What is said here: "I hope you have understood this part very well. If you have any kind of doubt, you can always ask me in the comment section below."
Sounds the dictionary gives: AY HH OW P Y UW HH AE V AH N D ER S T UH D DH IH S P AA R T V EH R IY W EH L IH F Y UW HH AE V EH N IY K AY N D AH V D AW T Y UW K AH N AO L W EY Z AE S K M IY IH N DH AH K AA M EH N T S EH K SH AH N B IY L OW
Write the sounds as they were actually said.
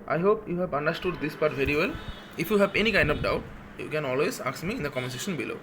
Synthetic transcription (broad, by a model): AY HH OW P Y UW HH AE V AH N D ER S T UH D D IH S P AA R T V EH R IY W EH L IH F Y UW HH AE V EH N IY K AY N D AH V D AW T Y UW K AH N AO L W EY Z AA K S M IY IH N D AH K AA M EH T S EH SH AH N B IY L OW